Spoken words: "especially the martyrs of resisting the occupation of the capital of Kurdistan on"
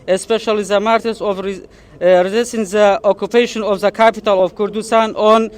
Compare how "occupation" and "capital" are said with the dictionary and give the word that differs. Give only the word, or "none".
none